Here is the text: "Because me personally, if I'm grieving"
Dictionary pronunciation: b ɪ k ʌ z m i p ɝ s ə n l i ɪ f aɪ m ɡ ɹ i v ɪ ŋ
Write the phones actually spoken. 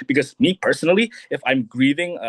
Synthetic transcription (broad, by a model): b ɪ k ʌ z m i p ɝ s ə n l i ɪ f aɪ m ɡ ɹ i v ɪ ŋ